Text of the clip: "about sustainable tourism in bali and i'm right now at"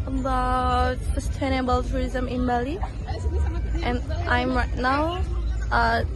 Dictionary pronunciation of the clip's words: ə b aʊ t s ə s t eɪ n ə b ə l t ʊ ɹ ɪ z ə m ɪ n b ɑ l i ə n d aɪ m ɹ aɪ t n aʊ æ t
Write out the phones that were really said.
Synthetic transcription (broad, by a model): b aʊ s ə s t eɪ n ə b ə l t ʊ ɹ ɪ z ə m ɪ n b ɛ l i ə n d aɪ m ɹ aɪ t n aʊ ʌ